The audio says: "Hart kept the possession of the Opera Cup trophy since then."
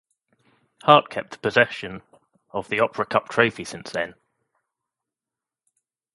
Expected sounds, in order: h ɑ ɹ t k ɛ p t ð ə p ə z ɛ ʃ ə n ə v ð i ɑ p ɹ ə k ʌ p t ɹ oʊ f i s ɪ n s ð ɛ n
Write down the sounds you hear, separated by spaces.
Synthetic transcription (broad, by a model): h ɑ t k ɛ p t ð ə p ə z ɛ ʃ ə n ə v ð i ɑ p ɹ ə k ʌ p t ɹ oʊ f i s ɪ n s ð ɛ n